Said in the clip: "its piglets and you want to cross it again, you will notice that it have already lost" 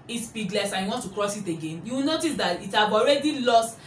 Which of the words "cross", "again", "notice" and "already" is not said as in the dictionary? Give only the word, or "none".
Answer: none